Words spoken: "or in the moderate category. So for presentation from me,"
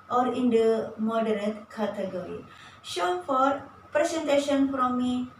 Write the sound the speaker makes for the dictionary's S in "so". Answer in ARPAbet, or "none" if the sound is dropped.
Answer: SH